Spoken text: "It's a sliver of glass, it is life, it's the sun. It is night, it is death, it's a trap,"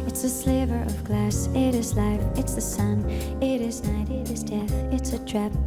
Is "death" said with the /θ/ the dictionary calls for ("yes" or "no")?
yes